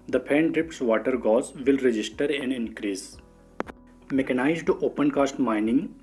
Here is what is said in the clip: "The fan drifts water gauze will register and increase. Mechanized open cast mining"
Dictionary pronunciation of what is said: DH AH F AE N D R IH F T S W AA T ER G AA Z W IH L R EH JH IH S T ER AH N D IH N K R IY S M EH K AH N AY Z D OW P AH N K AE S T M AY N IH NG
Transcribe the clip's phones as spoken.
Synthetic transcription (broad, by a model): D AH P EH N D R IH P T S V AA T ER G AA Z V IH L R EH JH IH S T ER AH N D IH N K R IY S M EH K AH N AY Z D OW P AH N K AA S T M AY N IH NG